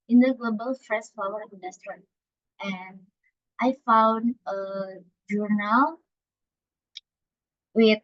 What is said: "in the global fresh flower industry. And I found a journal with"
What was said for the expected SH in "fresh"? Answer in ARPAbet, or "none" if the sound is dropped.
S